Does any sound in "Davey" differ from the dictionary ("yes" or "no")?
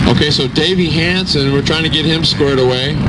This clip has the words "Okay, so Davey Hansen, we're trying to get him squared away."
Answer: no